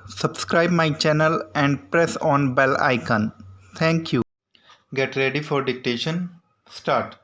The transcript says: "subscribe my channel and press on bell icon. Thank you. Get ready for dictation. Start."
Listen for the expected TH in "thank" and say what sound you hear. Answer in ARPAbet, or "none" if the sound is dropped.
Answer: T